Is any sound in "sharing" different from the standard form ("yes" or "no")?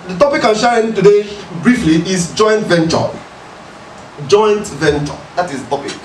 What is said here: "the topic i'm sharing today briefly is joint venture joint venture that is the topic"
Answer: yes